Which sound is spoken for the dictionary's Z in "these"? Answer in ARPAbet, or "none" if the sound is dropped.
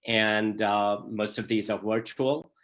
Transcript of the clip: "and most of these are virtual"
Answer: Z